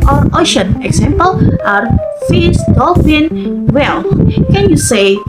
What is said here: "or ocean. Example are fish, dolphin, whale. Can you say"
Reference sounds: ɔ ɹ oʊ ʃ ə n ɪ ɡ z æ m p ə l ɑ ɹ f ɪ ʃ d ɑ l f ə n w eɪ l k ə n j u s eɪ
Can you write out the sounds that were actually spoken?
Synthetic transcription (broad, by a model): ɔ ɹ oʊ ʃ ə n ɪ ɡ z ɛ m p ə l ɑ ɹ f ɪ s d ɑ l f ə n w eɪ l k ə n j u s eɪ